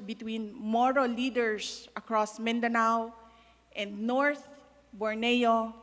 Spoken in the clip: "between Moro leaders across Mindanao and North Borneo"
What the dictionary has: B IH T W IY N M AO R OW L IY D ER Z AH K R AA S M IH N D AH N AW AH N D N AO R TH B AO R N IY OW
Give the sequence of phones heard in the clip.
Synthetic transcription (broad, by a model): B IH T W IY N M AO R OW L IY D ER S AH K R AA S M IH N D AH N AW AH N D N AO R TH B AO R N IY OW